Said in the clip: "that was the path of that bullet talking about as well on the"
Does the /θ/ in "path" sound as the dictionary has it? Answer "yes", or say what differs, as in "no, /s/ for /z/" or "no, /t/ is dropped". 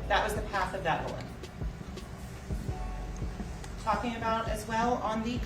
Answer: yes